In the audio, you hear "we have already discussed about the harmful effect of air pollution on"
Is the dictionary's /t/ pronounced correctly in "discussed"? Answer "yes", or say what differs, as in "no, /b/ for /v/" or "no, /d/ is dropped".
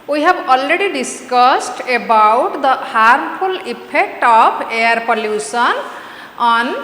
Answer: yes